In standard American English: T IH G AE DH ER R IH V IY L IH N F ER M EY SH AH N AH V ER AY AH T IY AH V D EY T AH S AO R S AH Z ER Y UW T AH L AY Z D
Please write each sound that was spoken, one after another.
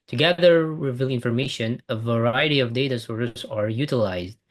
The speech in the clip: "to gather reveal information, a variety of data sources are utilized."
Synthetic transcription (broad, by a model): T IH G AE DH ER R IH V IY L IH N F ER M EY SH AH N AH V ER AY AH T IY AH V D EY T AH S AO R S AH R Y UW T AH L AY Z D